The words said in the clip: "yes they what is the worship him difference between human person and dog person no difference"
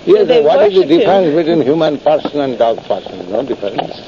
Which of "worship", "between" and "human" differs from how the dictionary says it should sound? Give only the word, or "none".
worship